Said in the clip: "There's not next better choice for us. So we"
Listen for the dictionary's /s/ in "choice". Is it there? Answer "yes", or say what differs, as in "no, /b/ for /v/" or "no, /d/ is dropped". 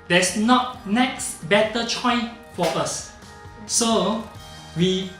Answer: no, /s/ is dropped